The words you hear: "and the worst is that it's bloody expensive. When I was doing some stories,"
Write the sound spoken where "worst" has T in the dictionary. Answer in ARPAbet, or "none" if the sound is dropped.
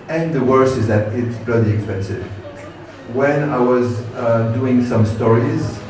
none